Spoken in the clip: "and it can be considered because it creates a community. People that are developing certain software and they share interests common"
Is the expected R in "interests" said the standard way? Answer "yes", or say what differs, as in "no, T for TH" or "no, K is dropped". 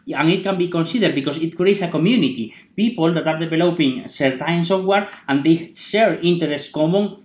no, R is dropped